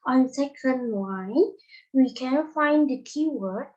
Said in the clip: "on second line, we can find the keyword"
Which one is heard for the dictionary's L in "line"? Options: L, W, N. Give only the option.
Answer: W